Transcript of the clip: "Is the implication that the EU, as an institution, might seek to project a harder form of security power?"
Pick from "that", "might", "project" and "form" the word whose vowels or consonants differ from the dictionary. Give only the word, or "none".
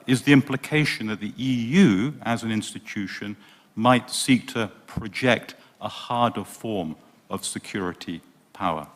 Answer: none